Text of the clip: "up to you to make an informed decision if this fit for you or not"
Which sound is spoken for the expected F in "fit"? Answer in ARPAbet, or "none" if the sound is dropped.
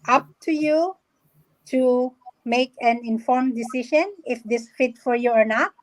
F